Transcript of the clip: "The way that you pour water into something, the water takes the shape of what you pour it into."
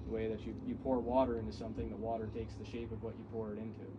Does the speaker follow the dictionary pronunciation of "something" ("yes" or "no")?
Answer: yes